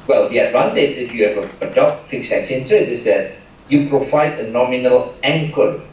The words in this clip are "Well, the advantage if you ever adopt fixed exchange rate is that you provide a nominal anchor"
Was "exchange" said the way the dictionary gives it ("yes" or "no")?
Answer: no